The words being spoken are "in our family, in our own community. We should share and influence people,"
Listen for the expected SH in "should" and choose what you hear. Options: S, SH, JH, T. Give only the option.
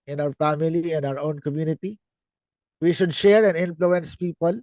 SH